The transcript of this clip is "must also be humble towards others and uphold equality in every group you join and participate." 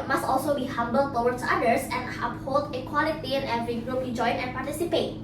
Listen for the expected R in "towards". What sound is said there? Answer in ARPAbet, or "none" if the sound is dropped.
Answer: W